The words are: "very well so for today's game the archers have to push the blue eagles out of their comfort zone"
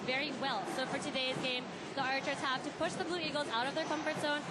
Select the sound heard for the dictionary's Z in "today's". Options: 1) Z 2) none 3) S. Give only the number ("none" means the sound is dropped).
1